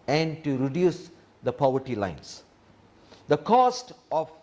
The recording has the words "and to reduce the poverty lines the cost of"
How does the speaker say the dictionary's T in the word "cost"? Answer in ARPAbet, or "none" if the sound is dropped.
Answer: T